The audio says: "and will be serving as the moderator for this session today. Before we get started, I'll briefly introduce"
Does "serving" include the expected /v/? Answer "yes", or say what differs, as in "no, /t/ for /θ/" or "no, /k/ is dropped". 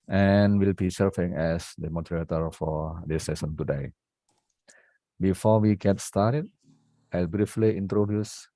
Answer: no, /f/ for /v/